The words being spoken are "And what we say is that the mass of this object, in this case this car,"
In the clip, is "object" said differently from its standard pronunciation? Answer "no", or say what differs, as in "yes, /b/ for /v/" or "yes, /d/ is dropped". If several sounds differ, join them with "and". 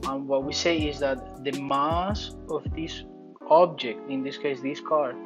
no